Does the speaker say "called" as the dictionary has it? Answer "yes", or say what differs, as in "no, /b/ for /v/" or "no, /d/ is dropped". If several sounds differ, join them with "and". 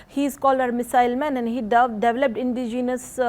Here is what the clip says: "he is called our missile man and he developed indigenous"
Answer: no, /d/ is dropped